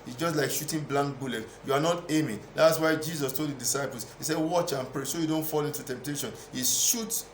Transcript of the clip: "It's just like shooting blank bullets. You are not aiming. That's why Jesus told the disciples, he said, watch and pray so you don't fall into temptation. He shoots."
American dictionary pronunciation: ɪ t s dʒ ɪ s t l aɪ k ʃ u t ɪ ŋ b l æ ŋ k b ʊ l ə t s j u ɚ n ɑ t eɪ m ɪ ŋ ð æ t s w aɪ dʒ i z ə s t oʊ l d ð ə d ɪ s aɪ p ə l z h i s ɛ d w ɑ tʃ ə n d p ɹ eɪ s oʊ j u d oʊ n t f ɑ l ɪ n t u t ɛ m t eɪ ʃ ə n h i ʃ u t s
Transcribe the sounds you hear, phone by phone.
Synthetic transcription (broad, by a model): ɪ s dʒ ɪ s t l aɪ k ʃ u t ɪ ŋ b l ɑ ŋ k b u l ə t j u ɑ n ɑ t eɪ m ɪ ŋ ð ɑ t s w aɪ dʒ i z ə s t oʊ l d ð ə d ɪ s aɪ p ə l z h i s ɛ d w ɑ tʃ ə n p ɹ eɪ s oʊ j u d oʊ n t f ɑ l ɪ n t u t ɛ m t eɪ ʃ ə n h i ʃ u t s